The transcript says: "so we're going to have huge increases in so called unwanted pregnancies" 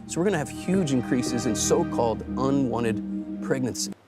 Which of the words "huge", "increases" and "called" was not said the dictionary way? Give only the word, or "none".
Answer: none